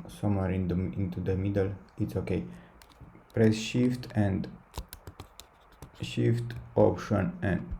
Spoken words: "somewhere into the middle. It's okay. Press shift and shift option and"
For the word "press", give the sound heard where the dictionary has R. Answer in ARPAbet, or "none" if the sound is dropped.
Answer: R